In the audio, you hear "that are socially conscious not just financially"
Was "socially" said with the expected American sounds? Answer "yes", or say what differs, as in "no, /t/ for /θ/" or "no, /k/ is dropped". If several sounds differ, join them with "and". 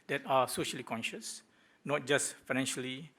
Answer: yes